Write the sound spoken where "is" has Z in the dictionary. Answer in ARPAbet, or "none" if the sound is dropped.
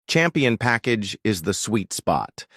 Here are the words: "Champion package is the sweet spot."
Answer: Z